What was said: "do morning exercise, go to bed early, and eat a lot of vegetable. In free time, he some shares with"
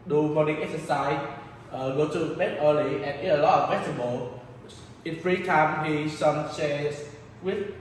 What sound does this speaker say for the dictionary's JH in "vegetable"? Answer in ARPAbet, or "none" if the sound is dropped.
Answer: none